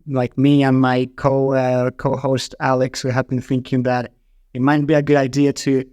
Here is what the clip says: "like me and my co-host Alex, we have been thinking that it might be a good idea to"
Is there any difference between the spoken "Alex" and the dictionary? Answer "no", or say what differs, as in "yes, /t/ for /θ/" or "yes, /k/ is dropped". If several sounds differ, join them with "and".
no